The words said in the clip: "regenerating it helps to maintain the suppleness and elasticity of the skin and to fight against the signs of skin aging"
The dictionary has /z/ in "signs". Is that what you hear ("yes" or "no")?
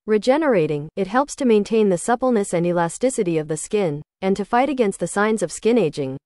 yes